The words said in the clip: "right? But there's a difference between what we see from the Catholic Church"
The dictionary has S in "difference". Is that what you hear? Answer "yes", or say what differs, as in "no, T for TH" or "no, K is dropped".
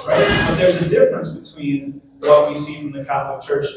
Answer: yes